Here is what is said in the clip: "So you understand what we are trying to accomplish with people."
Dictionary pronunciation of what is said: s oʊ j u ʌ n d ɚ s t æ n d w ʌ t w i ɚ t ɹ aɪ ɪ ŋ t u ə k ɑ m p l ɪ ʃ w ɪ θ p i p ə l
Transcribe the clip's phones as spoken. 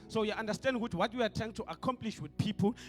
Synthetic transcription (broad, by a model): s oʊ j u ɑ n d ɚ s t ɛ n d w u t w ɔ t w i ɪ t t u ə k ɑ m p l ɪ ʃ w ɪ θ p i p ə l